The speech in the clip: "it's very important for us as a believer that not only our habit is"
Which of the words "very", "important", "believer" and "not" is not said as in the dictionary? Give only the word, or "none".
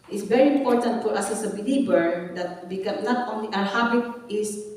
believer